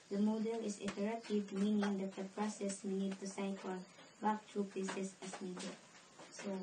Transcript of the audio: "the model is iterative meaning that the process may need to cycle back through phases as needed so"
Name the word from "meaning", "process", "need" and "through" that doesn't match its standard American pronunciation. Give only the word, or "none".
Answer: through